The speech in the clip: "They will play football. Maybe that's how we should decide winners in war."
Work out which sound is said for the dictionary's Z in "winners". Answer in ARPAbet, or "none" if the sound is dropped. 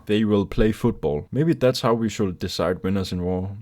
S